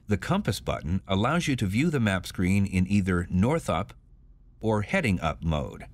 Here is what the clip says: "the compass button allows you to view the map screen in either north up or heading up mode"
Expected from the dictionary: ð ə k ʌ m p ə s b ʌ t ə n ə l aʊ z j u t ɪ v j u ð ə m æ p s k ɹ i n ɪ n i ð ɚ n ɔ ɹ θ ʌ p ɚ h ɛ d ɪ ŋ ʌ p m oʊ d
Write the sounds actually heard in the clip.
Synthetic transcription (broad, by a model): ð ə k ʌ m p ə s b ʌ t n ə l aʊ z j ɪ t ɪ v j u ð ə m æ p s k ɹ i n ɪ n i ð ɚ n ɔ ɹ θ ʌ p ɚ h ɛ d ɪ ŋ ʌ p m oʊ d